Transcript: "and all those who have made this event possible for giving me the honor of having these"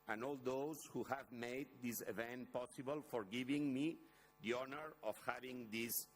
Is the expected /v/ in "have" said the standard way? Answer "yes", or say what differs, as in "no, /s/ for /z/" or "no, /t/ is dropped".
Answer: yes